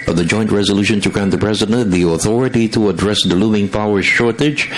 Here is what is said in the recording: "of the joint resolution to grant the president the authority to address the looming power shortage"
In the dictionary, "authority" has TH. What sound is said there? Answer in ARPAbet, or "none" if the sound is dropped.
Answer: TH